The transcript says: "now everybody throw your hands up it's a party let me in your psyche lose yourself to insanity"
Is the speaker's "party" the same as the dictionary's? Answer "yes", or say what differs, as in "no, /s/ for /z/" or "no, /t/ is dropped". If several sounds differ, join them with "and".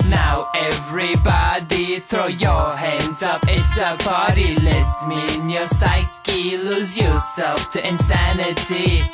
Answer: no, /b/ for /p/